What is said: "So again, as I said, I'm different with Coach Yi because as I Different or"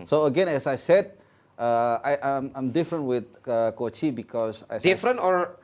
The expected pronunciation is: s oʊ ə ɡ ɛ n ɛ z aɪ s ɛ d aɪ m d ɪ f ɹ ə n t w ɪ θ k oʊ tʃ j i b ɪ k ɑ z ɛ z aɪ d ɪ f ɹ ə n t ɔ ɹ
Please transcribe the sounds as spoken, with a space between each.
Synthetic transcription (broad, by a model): s oʊ ə ɡ ɛ n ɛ s aɪ s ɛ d aɪ m d ɪ f ɹ ə n t w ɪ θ k oʊ tʃ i b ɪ k ɑ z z aɪ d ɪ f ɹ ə n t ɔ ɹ